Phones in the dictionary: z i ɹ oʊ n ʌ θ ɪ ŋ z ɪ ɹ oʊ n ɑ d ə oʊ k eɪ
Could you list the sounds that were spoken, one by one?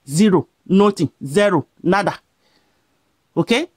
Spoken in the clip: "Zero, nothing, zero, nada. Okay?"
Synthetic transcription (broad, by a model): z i ɹ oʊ n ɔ t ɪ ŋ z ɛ ɹ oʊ n ɑ d ə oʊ k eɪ